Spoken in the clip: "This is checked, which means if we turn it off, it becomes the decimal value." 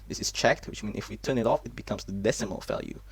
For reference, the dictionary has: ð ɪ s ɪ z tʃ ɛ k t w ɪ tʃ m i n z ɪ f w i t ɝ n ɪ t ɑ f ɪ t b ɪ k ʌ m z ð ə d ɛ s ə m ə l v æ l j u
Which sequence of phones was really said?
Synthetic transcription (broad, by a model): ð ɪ s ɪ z tʃ ɛ k t w ɪ tʃ m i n ɪ f w i t ɝ n ɪ t ɑ f ɪ t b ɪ k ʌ m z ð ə d ɛ s ə m ə l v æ l j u